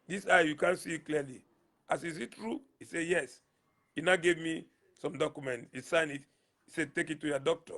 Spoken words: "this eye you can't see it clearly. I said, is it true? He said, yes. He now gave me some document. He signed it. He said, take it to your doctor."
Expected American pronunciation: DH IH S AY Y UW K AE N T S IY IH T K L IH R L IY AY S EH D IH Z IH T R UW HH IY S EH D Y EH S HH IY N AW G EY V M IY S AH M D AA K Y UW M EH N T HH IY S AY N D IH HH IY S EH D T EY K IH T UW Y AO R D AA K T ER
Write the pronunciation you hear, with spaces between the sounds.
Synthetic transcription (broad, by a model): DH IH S AY Y UW K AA N S IY IH T K L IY L IY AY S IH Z IH T R UW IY S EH Y EH S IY N AW G EY V M IY S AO M D AA K Y UW M EH N T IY S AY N IH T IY S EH T EY K IH T UW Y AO D AA K T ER